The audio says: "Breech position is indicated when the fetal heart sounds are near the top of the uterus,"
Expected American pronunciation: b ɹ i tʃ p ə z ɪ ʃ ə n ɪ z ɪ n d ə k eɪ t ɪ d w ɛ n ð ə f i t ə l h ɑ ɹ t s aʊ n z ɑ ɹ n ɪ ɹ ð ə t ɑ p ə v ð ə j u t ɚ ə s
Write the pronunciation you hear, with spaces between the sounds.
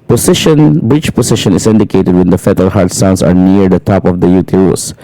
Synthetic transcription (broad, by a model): b ɹ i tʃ p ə s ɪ ʃ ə n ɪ s ɪ n d ə k eɪ t ɪ d w ɛ n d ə f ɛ t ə l h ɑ ɹ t s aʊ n s ɑ ɹ n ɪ ɹ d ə t ɑ p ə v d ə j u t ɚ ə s